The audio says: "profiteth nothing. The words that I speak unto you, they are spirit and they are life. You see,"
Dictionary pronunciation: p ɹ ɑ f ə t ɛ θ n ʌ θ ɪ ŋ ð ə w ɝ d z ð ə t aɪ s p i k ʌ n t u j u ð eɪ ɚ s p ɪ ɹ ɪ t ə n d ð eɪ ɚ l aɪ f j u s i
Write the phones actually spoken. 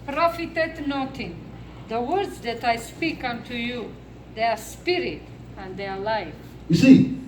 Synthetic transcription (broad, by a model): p ɹ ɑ f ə t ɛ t n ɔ t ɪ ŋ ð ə w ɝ d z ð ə t aɪ s p i k ʌ n t u j u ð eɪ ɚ s p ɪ ɹ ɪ t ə n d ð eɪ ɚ l aɪ f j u s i